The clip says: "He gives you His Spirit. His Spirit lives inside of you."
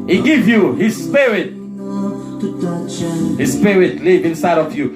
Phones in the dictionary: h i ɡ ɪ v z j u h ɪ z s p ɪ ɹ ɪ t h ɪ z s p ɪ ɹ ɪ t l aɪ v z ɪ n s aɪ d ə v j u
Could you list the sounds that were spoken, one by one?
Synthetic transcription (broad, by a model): h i ɡ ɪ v j u h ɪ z s p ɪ ɹ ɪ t h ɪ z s p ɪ ɹ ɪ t l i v ɪ n s aɪ d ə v j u